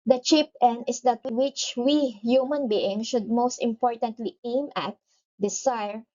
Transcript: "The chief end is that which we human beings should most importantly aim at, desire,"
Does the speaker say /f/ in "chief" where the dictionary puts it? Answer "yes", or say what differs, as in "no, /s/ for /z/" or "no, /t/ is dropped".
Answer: no, /p/ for /f/